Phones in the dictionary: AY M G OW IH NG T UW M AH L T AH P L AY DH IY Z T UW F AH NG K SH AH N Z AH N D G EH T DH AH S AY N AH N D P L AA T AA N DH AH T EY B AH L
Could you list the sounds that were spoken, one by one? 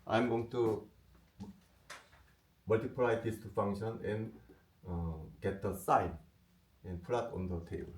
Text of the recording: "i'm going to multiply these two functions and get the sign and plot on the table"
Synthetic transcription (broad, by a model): AY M G OW IH NG T UW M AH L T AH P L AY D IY S T UW F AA NG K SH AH N AH N G EH T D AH S AY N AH N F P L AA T AA N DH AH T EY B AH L